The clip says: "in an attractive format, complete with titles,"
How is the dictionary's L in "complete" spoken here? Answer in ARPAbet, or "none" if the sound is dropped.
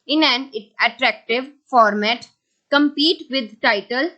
none